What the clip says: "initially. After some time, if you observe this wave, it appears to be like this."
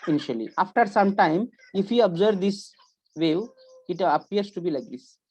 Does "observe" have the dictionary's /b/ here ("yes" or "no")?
yes